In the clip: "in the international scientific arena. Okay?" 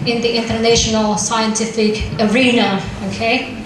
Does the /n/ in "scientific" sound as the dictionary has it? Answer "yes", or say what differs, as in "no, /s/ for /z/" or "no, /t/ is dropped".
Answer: yes